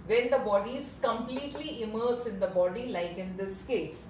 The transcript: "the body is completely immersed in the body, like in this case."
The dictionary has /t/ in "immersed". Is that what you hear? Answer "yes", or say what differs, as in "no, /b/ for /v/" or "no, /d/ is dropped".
no, /t/ is dropped